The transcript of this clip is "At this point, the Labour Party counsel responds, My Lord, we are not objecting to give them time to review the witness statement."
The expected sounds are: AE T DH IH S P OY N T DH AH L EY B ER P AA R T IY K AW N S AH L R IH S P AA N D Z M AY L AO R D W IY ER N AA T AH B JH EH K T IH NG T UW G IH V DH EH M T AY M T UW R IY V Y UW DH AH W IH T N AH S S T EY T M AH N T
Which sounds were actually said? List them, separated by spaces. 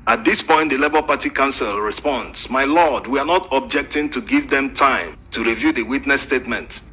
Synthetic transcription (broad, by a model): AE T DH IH S P OY N T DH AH L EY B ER P AA T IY K AW N S AH L R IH S P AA N D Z M AY L AO D W IY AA N AA T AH B JH EH K T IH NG T UW G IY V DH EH M T AY M T UW R IY V Y UW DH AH W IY T N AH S S T EY T M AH N T